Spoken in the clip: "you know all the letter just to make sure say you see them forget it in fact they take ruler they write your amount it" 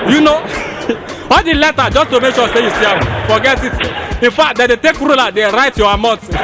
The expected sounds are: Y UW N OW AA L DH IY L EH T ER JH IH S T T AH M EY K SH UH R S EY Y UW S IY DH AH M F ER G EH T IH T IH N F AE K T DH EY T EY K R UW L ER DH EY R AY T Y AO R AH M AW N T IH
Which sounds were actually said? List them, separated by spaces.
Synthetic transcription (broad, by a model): Y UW N OW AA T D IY L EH T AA JH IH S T T AH M EY K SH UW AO S EY Y UW S IY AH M F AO G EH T IH T IH N F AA K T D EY T EY K R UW L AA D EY R AY T Y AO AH M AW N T